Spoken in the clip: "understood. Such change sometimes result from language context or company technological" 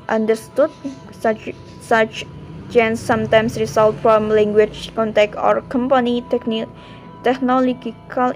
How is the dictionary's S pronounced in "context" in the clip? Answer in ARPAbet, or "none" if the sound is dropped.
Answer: none